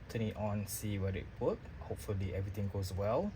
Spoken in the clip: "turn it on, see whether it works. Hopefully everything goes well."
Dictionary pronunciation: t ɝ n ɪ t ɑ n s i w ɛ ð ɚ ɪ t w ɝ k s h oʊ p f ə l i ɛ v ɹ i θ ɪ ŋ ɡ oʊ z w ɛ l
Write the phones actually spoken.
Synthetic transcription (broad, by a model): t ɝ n ɪ t ɑ n s i w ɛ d ɪ t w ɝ k h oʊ p f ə l i ɛ v ɹ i t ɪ ŋ ɡ oʊ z w ɛ l